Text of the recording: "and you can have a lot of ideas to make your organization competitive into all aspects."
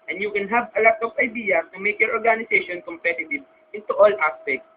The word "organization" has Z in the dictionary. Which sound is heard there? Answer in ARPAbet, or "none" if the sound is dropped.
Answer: S